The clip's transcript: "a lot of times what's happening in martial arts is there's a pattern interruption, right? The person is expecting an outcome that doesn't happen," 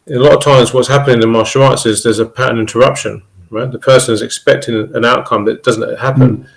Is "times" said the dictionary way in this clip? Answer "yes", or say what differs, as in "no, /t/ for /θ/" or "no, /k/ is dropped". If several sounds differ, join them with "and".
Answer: yes